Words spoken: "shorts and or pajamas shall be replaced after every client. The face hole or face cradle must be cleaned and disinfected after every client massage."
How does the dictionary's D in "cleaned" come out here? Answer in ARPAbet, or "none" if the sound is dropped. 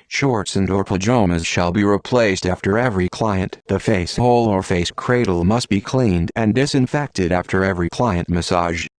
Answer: D